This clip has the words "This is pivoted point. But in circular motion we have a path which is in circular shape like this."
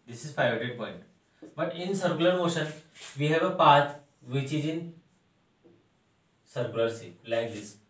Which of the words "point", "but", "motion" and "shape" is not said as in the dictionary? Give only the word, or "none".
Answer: shape